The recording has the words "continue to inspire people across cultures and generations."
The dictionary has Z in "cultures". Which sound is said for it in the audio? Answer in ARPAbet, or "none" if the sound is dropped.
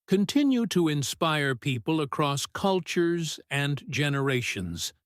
Z